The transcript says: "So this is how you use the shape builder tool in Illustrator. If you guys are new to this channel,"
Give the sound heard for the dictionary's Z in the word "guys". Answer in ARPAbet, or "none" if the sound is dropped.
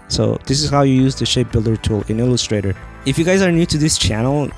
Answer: Z